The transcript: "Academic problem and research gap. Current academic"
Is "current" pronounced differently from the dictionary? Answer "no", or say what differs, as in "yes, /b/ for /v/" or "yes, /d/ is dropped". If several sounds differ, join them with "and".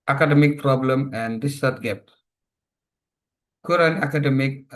yes, /t/ is dropped